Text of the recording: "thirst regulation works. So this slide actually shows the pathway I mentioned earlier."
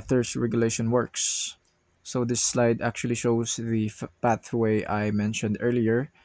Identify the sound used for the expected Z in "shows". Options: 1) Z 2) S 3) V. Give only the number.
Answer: 2